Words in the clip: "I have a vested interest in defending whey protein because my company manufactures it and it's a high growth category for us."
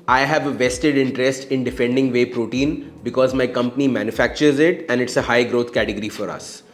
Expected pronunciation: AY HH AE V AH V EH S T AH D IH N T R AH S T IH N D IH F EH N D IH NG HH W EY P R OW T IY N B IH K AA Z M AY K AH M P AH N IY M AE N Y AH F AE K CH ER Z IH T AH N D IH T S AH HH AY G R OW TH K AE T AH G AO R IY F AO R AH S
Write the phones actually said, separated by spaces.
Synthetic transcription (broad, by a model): AY HH AE V AH V EH S T AH D IH N T R AH S T IH N D IH F EH N D IH NG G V EY P R OW T IY N B IH K AA Z M AY K AH M P AH N IY M AE N Y AH F AE K CH ER Z IH T AH N D IH T S AH HH AY G R OW T K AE T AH G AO R IY F AO R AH S